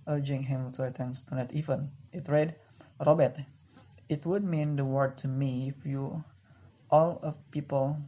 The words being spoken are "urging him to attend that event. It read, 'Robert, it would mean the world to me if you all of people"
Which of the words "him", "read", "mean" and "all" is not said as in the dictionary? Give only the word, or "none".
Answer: none